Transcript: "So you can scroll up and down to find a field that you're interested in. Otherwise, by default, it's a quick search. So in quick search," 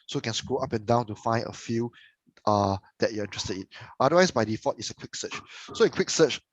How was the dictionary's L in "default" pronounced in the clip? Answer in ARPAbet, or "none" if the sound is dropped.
none